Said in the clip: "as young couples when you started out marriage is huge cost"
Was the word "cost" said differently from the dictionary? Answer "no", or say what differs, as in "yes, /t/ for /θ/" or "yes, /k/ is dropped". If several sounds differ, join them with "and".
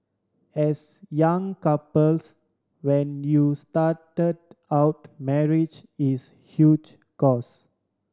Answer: yes, /t/ is dropped